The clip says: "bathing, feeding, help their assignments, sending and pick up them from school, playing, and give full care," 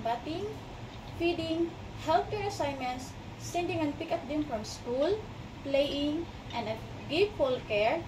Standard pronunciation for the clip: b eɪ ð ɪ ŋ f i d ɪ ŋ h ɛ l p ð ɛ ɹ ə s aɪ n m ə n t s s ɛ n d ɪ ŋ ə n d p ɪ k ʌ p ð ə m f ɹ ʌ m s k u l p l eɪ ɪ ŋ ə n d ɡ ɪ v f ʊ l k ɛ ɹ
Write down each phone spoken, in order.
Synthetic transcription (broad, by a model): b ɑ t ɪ ŋ f i d ɪ ŋ h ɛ l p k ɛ ɹ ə s aɪ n m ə n s s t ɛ n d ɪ ŋ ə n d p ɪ k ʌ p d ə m f ɹ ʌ m s k u l p l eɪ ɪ ŋ ə n d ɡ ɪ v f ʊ l k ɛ ɹ